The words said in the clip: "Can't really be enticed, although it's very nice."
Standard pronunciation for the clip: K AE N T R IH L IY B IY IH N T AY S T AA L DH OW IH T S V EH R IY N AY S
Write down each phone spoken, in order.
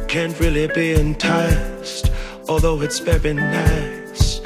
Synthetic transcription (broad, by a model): K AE N T R IH L IY B IY IH N T AY S T AA L DH OW IH T S B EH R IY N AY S